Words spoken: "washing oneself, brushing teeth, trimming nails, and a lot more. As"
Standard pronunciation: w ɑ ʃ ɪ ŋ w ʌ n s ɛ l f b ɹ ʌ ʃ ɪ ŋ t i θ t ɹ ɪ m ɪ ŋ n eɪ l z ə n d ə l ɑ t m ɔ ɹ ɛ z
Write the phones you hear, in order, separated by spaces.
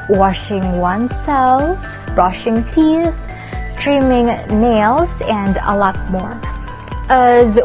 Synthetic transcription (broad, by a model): w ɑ ʃ ɪ ŋ w ʌ n s ɛ l f b ɹ ʌ ʃ ɪ ŋ t i θ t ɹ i m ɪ ŋ n eɪ l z ə n d ə l ɑ t m ɔ ɹ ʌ z